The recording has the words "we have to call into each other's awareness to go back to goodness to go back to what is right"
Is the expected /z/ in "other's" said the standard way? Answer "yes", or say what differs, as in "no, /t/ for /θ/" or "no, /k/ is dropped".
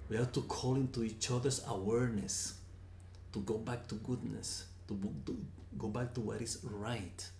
no, /s/ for /z/